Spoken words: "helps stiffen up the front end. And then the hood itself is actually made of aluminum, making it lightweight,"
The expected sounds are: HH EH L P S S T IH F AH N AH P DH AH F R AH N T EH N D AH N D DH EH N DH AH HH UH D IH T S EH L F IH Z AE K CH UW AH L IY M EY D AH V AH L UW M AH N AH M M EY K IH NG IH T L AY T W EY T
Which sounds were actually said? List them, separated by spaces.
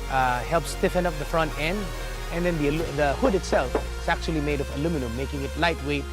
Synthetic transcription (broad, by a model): HH EH L P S S T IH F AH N AH P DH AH F R AH N T EH N D AH N D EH N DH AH HH UH D IH T S EH L F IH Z AE K CH UW AH L IY M EY D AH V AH L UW M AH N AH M M EY K IH NG IH T L AY T W EY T